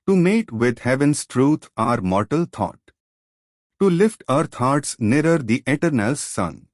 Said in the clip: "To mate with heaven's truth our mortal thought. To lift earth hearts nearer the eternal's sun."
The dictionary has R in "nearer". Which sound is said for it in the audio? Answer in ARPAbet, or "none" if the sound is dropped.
R